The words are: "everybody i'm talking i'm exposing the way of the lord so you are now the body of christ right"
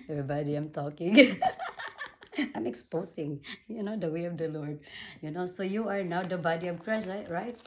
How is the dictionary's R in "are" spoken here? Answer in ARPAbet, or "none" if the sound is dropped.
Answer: R